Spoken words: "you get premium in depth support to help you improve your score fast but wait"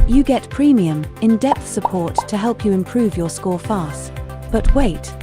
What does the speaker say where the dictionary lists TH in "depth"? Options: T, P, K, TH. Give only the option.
TH